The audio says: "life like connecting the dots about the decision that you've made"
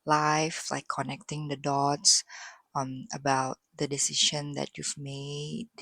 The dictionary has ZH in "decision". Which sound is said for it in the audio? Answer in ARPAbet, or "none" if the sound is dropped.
SH